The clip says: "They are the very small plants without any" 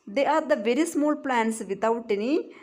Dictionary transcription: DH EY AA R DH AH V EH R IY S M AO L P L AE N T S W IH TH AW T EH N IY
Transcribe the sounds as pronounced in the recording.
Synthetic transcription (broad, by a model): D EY AA R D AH V EH R IY S M AO L P L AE N S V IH T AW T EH N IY